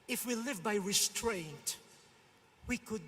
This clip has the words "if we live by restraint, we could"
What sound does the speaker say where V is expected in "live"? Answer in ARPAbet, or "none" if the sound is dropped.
V